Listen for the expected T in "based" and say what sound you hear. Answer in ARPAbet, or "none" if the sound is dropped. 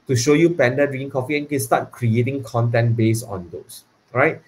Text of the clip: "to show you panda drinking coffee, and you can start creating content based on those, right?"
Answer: none